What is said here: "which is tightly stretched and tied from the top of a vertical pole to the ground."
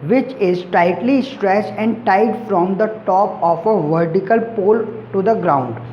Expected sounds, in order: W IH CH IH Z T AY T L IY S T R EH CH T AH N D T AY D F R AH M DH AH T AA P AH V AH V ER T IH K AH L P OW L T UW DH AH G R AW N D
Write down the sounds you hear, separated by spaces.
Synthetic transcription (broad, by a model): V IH CH IH Z T AY T L IY S T R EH S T AH N D T AY D F R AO M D AH T AA P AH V AH V ER T IH K AH L P OW L T UW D AH G R AW N D